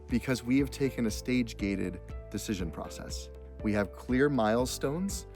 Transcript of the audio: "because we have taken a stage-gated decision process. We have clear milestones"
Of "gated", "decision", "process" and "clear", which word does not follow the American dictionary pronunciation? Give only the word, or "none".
none